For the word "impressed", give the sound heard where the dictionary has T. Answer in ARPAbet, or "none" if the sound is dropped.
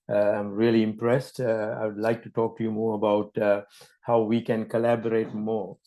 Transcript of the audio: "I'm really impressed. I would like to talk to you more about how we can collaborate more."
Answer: T